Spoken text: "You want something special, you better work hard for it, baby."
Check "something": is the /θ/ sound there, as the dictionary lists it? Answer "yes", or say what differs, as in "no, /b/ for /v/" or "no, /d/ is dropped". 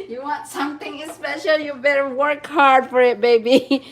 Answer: no, /t/ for /θ/